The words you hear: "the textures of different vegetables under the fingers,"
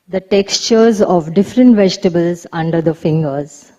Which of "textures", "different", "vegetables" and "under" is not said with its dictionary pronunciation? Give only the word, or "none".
none